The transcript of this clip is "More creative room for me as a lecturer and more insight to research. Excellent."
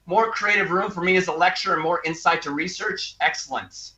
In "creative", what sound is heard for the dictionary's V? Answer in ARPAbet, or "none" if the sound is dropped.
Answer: V